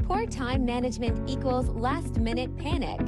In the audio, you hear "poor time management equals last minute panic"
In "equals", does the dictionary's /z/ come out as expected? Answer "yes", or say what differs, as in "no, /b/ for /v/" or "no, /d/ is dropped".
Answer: yes